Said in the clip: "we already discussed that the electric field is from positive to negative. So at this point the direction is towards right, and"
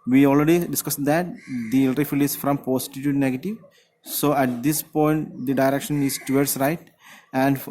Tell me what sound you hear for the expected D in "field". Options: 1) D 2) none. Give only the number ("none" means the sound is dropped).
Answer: 2